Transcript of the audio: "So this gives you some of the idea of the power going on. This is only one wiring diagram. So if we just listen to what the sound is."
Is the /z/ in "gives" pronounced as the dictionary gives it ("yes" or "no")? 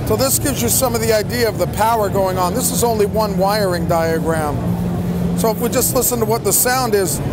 yes